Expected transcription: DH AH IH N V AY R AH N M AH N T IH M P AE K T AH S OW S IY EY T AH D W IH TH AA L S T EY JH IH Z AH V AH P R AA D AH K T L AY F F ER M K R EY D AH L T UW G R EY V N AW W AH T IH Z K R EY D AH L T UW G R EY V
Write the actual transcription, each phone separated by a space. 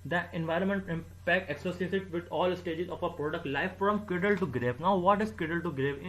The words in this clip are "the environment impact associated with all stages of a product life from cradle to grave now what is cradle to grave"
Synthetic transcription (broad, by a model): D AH IH N V AY R AH N M AH N T IH M P AE K T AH S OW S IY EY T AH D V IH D AA L S T EY JH IH Z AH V AH P R AA D AH K T L AY F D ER M K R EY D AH L T UW G R EY V N AW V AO T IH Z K EY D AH L T UW G R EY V